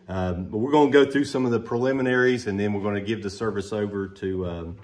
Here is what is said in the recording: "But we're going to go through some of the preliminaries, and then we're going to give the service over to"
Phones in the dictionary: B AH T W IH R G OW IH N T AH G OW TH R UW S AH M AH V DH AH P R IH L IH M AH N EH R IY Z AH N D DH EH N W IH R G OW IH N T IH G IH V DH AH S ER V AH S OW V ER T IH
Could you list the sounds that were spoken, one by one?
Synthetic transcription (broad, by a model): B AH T W IH R G OW IH N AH G OW TH R UW S AH M AH V DH AH P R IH L IH M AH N EH R IY Z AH N DH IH N W IH R G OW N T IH G IH V DH AH S ER V AH S OW V ER T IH